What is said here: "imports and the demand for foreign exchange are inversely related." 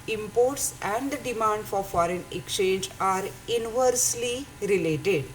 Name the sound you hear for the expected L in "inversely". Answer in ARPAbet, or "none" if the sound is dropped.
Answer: L